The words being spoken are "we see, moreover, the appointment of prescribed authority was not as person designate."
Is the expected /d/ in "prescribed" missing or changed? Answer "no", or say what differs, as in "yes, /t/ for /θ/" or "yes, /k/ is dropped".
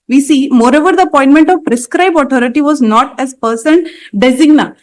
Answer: yes, /d/ is dropped